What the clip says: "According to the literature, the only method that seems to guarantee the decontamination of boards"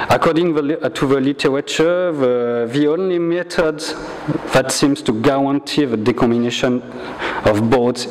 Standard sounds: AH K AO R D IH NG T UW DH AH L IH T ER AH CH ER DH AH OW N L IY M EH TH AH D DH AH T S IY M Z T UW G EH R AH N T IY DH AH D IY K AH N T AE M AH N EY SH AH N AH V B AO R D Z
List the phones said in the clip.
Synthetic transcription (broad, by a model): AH K AO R D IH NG T UW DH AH L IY T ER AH CH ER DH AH OW N L IY M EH T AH D DH AH T S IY M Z T UW G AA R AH N T IY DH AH D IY K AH M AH N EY SH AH N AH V B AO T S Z